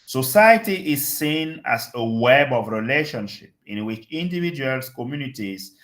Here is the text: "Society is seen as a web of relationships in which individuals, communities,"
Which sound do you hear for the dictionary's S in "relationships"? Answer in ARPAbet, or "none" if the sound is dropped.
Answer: none